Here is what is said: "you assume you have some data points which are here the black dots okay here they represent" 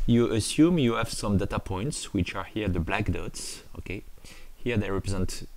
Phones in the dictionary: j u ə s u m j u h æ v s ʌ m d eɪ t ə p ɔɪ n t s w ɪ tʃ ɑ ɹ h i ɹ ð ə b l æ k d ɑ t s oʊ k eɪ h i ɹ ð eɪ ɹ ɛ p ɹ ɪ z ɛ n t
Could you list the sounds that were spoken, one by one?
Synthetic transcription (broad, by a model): j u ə s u m j u h æ v s ʌ m d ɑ t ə p ɔɪ n t s w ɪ tʃ ɑ ɹ h i ɹ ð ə b l æ k d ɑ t s oʊ k eɪ h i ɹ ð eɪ ɹ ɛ p ɹ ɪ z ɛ n t